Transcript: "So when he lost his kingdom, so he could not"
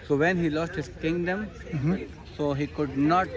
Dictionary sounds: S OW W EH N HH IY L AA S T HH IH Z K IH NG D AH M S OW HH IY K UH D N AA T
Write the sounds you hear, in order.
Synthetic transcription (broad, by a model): S OW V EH N HH IY L AA S T HH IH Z K IH NG D AH M S OW HH IY K UH D N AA T